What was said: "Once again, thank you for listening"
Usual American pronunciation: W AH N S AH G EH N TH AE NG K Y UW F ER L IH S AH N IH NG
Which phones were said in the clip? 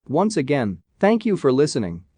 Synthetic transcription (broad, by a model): W AH N S AH G EH N TH AE NG K Y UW F ER L IH S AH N IH NG